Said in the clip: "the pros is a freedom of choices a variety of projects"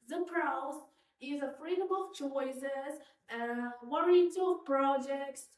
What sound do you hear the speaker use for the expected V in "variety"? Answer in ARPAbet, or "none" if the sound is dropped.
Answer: W